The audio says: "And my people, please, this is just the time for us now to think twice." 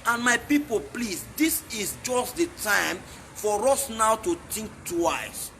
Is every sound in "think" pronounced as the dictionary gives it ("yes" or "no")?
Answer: no